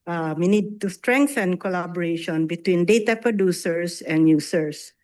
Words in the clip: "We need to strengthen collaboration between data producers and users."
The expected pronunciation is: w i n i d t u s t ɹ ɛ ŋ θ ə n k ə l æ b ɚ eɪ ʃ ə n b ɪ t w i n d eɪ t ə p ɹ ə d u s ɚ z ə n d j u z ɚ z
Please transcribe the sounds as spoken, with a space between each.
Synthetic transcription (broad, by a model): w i n i d t u s t ɹ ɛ ŋ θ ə n k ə l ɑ b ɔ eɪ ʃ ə n b ɪ t w i n d eɪ t ə p ɹ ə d u s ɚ s ə n d j u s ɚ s